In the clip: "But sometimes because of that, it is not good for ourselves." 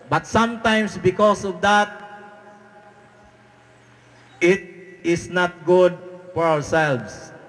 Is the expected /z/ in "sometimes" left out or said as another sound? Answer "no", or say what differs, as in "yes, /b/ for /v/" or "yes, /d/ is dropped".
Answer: yes, /s/ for /z/